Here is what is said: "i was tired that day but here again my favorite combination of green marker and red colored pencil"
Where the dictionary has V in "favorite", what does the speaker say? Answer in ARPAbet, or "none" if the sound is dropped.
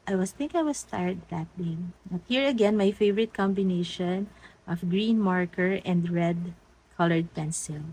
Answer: V